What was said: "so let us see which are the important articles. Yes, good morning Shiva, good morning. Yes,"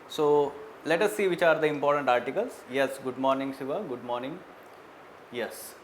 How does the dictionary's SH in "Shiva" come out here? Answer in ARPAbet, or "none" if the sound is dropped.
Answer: S